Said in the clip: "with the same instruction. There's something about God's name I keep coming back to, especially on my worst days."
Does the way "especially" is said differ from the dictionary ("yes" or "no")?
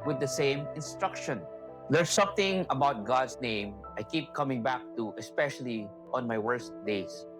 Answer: no